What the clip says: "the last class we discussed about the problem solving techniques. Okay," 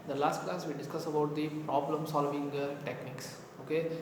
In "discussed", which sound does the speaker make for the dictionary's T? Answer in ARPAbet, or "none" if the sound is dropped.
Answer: none